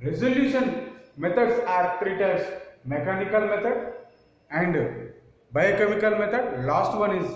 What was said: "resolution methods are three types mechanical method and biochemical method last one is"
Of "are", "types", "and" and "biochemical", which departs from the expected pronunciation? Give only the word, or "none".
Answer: types